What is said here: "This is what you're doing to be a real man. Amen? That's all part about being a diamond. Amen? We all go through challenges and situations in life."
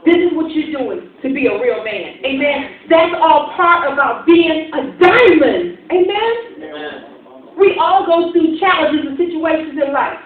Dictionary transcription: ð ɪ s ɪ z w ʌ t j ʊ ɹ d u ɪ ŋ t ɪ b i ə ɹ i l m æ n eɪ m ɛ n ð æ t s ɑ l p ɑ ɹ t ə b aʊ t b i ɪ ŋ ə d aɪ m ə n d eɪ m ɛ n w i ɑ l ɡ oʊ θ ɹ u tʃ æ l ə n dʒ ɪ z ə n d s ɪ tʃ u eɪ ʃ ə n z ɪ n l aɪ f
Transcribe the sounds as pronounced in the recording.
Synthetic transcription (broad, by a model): ð ɪ s ɪ z w ʌ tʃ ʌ ɹ d u ɪ ŋ t ɪ b i ə ɹ i l m æ n eɪ m ɛ n ð æ t s ɑ l p ɑ ɹ t ə b aʊ t b i ɪ ŋ ə d aɪ m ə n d eɪ m ɛ n w i ɑ l ɡ oʊ θ ɹ u tʃ æ l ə n dʒ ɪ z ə s ɪ tʃ u eɪ ʃ ə n z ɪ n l aɪ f